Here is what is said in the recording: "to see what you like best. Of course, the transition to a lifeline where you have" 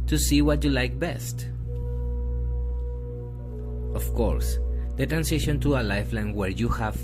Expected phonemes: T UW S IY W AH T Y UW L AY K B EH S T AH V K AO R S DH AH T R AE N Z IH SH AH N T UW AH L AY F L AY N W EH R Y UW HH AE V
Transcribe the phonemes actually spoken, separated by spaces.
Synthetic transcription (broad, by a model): T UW S IY W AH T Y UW L AY K B EH S T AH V K AO R S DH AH T R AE N S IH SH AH N T UW AH L AY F L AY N W EH R Y UW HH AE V